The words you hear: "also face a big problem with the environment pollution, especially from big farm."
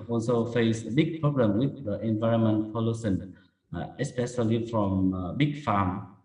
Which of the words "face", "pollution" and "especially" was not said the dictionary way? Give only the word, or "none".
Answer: pollution